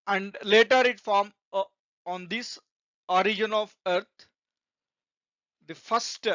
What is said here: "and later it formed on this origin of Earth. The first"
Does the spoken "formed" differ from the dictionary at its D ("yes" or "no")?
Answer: yes